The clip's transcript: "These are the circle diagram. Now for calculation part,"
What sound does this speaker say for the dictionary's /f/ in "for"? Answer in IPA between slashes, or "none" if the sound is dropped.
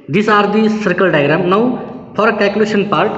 /p/